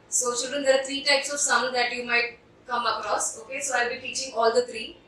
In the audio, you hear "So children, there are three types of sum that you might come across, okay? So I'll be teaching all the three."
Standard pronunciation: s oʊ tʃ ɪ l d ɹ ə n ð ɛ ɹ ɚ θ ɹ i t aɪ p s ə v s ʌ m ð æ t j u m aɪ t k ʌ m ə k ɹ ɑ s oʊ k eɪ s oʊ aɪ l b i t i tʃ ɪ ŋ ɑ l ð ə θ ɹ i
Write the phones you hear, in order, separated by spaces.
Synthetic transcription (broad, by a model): s oʊ ʃ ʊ d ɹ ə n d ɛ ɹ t ɹ i t aɪ p s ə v s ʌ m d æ t j u m aɪ t k ʌ m ə k ɹ ɑ s oʊ k eɪ s oʊ aɪ l b i t i tʃ ɪ ŋ ɑ l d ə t ɹ i